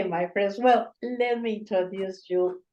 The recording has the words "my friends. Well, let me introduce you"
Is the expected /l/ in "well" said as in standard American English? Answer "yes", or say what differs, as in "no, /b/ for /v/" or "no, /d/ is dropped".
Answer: yes